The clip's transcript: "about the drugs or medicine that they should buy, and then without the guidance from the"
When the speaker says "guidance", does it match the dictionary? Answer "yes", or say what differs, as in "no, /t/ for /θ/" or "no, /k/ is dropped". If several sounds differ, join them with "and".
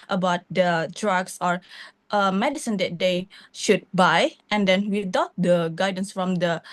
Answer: yes